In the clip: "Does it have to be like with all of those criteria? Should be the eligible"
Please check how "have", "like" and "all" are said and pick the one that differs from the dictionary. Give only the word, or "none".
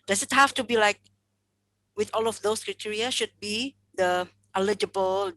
have